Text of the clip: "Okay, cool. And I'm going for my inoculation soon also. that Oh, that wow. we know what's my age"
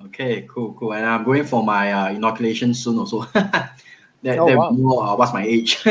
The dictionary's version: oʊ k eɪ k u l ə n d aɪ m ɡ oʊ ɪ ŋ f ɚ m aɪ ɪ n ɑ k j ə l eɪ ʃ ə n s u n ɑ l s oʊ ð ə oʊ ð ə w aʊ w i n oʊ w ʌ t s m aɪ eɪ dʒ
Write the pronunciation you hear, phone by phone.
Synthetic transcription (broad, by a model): oʊ k eɪ k u l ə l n aɪ m ɡ oʊ ɪ ŋ f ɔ m aɪ ɪ n ɑ k j ə l eɪ ʃ ə n s u n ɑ s oʊ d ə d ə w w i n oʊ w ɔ t s m aɪ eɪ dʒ